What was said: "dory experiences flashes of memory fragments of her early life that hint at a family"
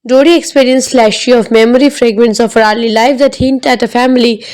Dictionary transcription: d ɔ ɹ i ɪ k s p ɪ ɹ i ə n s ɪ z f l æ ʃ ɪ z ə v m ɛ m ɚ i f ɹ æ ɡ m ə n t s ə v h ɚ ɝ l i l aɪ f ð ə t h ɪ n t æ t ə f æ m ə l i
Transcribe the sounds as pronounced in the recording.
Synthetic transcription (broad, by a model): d ɔ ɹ i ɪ k s p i ɹ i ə n s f l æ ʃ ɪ ə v m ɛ m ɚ i f ɹ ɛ ɡ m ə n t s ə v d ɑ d l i l aɪ f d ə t h ɪ n t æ t ə f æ m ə l i